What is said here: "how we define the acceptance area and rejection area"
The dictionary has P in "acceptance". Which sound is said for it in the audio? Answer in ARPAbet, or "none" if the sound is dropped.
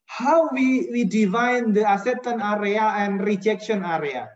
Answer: none